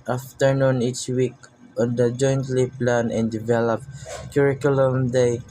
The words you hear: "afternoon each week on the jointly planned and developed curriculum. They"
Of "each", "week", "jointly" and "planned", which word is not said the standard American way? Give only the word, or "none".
planned